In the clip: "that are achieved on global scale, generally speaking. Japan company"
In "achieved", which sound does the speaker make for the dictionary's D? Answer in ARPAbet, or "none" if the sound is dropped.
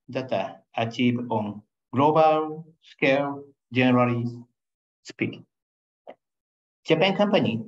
none